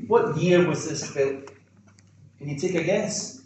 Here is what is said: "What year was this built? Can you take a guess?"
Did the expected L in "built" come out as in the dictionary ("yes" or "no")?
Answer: no